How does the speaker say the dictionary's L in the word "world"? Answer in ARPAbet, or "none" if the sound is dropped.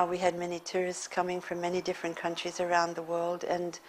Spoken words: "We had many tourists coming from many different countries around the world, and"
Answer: L